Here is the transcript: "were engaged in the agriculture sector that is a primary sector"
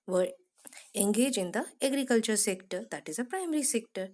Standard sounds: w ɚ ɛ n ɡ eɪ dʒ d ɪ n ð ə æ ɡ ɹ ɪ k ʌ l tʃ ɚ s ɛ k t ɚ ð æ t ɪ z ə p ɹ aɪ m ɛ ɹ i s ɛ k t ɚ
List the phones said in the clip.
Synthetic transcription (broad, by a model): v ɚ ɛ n ɡ eɪ dʒ ɪ n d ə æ ɡ ɹ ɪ k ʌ l tʃ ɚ s ɛ k t ɚ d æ t ɪ z ə p ɹ aɪ m ɛ ɹ i s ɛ k t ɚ